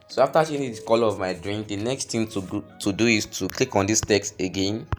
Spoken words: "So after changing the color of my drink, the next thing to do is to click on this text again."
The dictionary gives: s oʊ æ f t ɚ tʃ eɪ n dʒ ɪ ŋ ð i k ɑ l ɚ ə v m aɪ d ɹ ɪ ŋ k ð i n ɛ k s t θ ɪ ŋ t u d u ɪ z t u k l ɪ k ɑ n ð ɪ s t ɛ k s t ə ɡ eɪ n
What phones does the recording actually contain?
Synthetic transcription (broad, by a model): s oʊ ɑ f t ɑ ʃ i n ɪ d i k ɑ l ə v m aɪ d ɹ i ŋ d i n ɛ k s t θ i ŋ t u d u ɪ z t u k l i k ɑ n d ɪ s t ɛ k s t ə ɡ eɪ n